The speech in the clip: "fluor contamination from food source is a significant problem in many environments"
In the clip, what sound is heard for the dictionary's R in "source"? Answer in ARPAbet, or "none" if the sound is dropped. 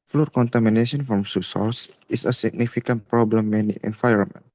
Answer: L